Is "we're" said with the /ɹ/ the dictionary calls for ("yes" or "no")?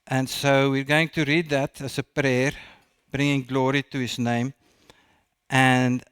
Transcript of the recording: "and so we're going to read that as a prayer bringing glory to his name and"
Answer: yes